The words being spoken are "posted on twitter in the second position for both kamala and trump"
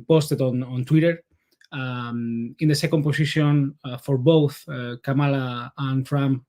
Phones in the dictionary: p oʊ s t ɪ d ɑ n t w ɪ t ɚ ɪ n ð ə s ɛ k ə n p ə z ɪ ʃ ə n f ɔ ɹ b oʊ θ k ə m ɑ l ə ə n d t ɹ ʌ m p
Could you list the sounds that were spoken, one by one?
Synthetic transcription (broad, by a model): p oʊ s t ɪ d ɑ n t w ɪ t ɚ ɪ n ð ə s ɛ k ə n p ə s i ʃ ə n f ɔ ɹ b oʊ θ k ə m ɑ l ə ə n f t ɹ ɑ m